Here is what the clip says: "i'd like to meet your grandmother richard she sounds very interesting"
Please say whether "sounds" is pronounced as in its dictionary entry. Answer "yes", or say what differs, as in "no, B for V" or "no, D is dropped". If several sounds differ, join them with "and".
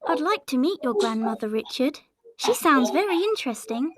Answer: yes